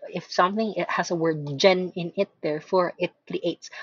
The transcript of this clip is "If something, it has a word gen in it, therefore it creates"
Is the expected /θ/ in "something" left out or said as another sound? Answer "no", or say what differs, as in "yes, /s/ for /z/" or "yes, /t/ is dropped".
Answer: no